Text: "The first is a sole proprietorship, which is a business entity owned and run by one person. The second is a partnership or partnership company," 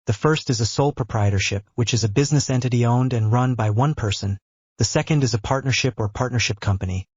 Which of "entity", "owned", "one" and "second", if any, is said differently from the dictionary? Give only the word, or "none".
none